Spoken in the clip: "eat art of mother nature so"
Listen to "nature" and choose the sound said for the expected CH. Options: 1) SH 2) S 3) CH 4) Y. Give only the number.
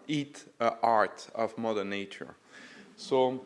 3